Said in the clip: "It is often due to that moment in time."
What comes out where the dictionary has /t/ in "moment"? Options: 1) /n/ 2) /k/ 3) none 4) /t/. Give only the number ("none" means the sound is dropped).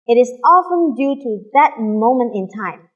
4